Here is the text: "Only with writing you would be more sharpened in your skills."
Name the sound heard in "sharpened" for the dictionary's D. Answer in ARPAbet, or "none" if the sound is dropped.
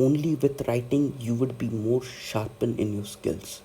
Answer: none